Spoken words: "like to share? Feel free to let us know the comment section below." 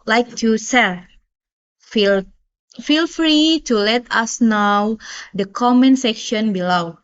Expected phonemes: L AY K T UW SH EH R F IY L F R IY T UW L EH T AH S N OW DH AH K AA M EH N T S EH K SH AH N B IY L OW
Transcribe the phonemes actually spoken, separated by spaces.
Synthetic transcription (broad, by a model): L AY K T UW S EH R F IY L F R IY T UW L EH T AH S N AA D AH K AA M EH N S EH K SH AH N B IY L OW